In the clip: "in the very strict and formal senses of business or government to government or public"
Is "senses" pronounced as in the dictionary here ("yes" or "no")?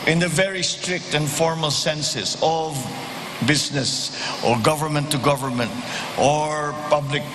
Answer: no